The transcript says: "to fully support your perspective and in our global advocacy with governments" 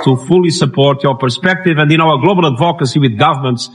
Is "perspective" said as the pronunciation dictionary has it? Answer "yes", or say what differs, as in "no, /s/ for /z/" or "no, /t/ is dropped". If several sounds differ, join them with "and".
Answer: yes